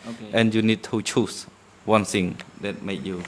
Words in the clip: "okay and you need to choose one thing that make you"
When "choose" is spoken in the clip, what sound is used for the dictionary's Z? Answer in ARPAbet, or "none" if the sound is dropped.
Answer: S